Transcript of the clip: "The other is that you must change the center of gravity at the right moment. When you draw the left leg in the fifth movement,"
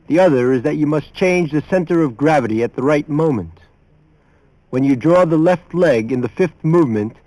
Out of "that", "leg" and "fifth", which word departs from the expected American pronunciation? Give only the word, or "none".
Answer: none